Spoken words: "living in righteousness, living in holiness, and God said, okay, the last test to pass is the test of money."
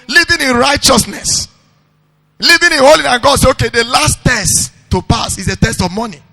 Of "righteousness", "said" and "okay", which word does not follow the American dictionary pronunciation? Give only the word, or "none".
said